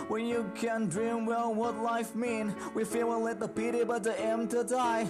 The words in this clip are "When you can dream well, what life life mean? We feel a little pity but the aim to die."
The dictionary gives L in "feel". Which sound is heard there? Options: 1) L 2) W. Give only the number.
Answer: 2